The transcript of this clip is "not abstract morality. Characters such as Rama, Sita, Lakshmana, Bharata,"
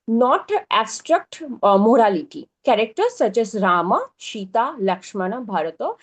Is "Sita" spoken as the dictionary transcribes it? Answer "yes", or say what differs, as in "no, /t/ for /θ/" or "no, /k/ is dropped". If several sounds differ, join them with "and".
no, /ʃ/ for /s/